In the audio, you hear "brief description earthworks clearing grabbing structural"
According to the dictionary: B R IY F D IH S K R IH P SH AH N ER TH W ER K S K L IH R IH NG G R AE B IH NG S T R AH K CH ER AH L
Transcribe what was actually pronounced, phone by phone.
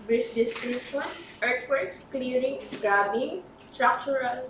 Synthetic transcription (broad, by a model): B R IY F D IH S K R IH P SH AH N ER T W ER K S K L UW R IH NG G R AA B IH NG S T R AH K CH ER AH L